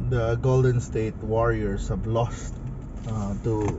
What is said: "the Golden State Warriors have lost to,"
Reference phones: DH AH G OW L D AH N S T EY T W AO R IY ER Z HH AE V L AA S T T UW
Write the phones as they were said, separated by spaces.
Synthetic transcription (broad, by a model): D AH G OW L D AH N S T EY T W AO R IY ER S HH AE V L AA S T T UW